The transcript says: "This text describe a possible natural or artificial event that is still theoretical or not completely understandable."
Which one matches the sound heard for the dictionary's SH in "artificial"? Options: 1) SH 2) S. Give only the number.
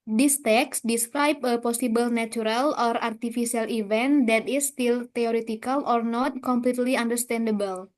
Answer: 2